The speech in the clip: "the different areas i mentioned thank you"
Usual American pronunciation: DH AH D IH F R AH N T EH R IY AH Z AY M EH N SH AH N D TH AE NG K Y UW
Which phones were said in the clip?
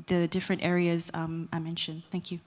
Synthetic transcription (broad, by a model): DH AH D IH F R AH N T EH R IY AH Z AY M EH N SH AH N D TH AE NG K Y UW